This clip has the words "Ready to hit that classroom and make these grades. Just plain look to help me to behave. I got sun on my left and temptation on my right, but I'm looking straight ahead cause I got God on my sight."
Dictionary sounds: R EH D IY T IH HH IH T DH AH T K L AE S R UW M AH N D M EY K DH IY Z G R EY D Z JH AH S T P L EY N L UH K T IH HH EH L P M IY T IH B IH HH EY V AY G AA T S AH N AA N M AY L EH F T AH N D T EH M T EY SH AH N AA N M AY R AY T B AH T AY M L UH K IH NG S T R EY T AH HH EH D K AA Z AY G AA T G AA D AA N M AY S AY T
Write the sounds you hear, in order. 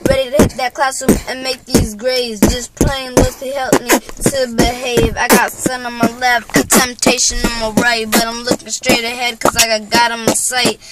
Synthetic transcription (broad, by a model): R EH D IY T IH HH IH T DH AH T K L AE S IH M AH N M EY K DH IY Z G R EY Z JH AH S P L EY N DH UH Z T IH HH EH L P M IY T IH B IH HH EY V AY G AA T S AH N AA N M AY L EH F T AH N T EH M T EY SH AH N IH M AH R AY T B AH T AY M L UH K IH NG S T R EY T AH HH EH D K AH Z AY G AA T G AA D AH M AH S AY T